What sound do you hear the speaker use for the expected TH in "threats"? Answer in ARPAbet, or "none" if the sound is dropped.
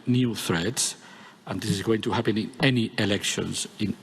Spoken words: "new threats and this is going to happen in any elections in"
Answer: TH